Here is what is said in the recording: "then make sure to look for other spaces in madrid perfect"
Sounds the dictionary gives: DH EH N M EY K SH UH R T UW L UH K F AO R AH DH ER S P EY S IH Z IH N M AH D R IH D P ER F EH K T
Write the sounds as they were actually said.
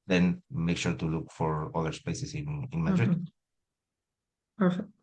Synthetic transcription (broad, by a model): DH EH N M EY K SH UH R T UW L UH K F AO R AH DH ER S P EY S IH S IH N M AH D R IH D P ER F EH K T